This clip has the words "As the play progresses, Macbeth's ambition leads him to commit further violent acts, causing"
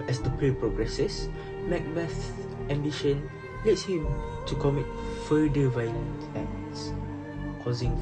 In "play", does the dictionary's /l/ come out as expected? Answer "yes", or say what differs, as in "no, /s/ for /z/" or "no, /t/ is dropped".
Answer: no, /l/ is dropped